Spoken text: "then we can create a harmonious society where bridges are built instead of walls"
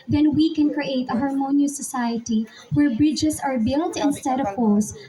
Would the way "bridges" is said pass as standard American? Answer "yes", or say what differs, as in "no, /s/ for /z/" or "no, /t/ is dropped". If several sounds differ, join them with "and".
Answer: no, /s/ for /z/